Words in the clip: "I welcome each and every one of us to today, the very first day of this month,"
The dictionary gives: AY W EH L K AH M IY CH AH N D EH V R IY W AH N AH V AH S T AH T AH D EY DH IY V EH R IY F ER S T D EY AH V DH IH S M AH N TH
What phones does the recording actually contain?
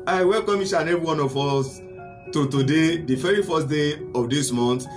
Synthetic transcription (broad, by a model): AY W EH L K AH M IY SH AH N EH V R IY W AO N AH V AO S T AH T AH D EY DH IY V EH R IY F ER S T D EY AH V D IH S M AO N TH